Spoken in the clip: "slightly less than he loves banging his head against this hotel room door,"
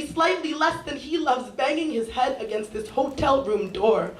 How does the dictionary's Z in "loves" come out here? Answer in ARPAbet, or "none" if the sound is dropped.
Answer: Z